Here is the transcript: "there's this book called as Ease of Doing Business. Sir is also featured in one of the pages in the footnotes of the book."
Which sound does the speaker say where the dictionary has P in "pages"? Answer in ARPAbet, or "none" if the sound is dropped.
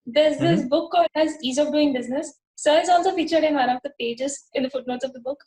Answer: P